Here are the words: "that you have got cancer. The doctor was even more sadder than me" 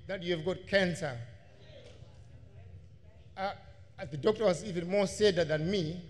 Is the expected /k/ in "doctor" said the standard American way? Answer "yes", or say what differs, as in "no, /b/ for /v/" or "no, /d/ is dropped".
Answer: yes